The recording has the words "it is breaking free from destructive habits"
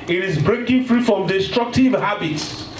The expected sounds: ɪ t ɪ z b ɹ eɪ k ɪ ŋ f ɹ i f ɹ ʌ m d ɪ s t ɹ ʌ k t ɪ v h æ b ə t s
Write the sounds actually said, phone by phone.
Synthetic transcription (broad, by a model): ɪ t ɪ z b ɹ eɪ k ɪ ŋ f ɹ i f ɹ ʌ m d ɪ s t ɹ ʌ k t ɪ v h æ b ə t s